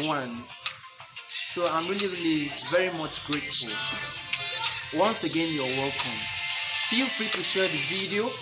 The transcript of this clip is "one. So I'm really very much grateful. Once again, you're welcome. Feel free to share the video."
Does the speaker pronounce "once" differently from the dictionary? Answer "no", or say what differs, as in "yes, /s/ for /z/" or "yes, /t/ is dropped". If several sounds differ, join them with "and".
no